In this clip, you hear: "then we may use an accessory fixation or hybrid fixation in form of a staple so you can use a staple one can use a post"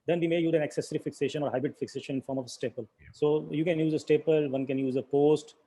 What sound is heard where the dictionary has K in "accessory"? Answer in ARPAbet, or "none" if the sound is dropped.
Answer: K